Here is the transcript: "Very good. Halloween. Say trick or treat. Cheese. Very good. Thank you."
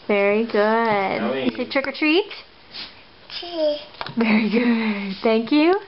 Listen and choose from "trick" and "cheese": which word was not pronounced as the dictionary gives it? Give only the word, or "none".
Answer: cheese